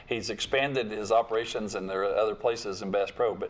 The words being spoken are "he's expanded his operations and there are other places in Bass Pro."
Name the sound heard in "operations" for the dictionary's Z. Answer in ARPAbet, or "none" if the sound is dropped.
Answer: Z